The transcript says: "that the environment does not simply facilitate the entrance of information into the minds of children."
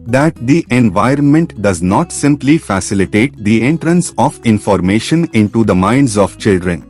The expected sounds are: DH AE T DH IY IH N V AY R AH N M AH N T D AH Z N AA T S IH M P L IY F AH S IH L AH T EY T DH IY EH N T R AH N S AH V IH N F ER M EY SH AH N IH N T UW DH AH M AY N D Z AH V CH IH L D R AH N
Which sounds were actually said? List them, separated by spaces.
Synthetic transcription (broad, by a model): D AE T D IY IH N V AY R AH N M AH N T D AH Z N AA T S IH M P L IY F AH S IH L AH T EY T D IY EH N T R AH N S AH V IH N F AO M EY SH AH N IH N T UW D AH M AY N D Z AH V CH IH L D R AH N